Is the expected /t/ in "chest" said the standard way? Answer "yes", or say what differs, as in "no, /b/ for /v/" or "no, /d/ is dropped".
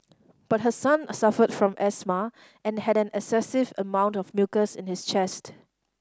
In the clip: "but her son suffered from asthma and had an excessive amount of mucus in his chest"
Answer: yes